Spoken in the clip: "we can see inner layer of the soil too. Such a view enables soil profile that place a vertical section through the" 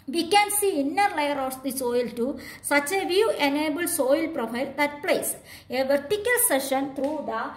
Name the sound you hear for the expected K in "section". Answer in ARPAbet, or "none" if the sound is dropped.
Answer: none